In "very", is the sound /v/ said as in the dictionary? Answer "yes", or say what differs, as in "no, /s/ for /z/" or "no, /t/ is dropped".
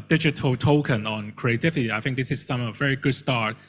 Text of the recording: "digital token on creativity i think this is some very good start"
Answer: yes